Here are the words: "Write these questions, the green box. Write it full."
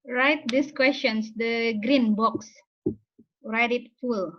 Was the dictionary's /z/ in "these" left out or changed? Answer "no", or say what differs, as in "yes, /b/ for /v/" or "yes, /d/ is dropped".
yes, /s/ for /z/